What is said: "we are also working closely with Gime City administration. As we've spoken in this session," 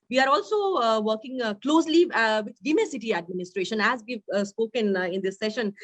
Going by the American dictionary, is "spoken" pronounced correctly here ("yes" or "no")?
yes